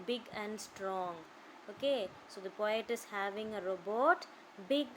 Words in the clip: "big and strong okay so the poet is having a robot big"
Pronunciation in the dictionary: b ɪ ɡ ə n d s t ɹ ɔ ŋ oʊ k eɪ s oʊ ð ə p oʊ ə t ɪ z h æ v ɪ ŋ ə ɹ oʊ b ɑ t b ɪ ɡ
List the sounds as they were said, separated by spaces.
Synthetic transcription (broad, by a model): b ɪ ɡ ə n d s t ɹ ɔ ŋ oʊ k eɪ s oʊ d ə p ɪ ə t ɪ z h æ v ɪ ŋ ə ɹ oʊ b ɑ t b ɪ ɡ